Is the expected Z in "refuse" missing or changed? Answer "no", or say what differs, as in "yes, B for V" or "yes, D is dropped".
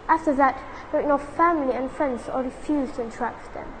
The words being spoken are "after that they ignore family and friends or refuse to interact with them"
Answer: no